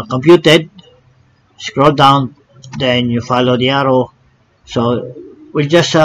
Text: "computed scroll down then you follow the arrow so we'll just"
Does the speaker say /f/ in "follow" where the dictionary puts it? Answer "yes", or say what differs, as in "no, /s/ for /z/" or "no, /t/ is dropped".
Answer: yes